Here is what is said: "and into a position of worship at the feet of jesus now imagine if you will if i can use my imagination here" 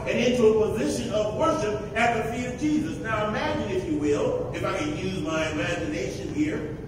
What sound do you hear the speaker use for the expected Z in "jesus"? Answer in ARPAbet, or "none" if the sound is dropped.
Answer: Z